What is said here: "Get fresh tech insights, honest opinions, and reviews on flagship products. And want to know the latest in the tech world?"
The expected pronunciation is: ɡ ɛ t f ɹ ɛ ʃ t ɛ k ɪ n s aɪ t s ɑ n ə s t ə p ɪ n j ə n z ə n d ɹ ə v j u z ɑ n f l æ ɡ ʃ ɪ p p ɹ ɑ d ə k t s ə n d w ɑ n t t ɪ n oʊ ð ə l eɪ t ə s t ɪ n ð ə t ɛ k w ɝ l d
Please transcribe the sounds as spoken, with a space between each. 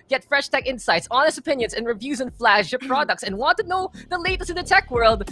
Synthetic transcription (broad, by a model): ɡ ɛ t f ɹ ɛ ʃ t ɛ k ɪ n s aɪ t s ɑ n ə s t ə p ɪ n j ə n z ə n ɹ ə v j u z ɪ n f l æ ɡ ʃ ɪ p p ɹ ɑ d ə k t s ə n w ɑ n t t ɪ n oʊ ð ə l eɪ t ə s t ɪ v ð ə t ɛ k w ɝ l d